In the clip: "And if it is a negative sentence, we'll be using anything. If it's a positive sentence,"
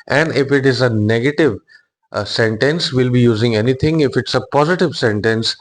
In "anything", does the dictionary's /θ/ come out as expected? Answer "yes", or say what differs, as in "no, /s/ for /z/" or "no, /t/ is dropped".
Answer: no, /t/ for /θ/